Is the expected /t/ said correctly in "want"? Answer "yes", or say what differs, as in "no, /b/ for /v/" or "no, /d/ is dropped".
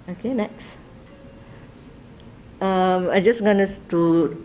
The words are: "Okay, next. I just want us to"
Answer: no, /t/ is dropped